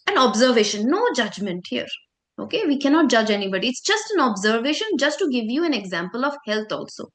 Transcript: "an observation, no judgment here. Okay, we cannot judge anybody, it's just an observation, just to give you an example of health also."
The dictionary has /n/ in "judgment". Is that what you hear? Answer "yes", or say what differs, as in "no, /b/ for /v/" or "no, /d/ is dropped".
yes